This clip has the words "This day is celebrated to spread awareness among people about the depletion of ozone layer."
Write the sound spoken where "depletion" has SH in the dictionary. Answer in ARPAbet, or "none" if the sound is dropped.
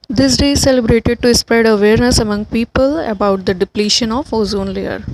SH